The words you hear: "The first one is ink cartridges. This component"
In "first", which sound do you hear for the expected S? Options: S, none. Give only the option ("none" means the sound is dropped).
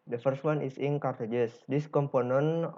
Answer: S